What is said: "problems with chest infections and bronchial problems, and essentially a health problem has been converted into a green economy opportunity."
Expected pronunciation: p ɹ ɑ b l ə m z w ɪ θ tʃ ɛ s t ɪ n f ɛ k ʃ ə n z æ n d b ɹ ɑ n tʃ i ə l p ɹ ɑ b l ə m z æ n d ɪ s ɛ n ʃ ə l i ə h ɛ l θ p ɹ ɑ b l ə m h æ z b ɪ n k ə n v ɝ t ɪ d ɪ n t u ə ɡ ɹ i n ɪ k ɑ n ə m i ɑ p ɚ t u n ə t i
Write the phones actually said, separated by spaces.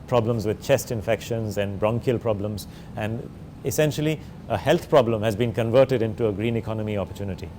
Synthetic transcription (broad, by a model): p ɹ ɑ b l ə m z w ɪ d tʃ ɛ s t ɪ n f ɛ k ʃ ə n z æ n d b ɹ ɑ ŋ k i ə l p ɹ ɑ b l ə m z æ n d ɪ s ɛ n ʃ ə l i ə h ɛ l t p ɹ ɑ b l ə m h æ z b ɪ n k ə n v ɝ t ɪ d ɪ n t u ə ɡ ɹ i n ɪ k ɑ n ə m i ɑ p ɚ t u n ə t i